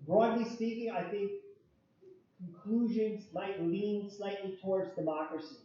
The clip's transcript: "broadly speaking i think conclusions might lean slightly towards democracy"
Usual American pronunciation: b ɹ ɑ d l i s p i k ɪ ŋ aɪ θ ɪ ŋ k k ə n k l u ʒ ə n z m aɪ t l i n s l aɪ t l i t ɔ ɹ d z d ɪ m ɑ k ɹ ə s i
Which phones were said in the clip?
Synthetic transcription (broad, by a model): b ɹ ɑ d l i s p i k ɪ ŋ aɪ θ ɪ ŋ k k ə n k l u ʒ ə n z m aɪ t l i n s l aɪ t l i t ɔ ɹ d z d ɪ m ɑ k ɹ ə s i